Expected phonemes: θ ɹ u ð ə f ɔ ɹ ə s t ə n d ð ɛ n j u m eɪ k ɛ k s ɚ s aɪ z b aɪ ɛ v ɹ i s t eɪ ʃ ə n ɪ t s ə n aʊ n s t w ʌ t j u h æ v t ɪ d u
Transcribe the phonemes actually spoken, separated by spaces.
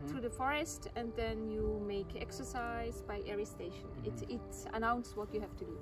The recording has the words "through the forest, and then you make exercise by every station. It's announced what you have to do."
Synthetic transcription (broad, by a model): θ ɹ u ð ə f ɔ ɹ ə s t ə n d ð ɛ n j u m eɪ k ɛ k s ɚ s aɪ z b aɪ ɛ ɹ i s t eɪ ʃ ə n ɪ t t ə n aʊ n s w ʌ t j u h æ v t ɪ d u